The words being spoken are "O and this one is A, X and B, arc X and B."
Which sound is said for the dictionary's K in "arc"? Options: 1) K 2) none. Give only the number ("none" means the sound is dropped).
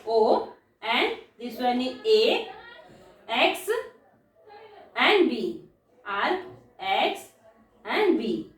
2